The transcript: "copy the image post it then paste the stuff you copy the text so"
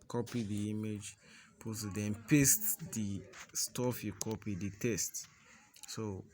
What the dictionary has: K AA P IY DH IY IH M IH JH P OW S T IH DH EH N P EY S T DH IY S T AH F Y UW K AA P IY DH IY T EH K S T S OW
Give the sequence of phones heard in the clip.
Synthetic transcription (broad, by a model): K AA P IY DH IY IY M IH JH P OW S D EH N P EY S T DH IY S T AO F Y UW K AA P IY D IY T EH S T S OW